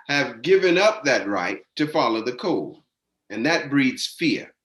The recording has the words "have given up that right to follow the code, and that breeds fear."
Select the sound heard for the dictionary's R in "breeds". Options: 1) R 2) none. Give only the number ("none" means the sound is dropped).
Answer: 1